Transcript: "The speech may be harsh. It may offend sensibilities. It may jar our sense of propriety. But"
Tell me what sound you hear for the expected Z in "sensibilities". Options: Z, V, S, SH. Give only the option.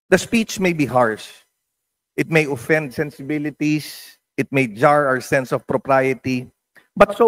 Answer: S